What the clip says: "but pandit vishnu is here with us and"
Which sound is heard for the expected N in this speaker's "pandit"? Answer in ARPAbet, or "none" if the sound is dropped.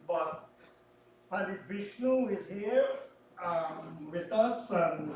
none